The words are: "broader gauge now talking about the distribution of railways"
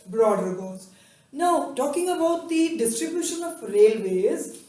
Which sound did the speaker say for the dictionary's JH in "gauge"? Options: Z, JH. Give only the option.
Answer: Z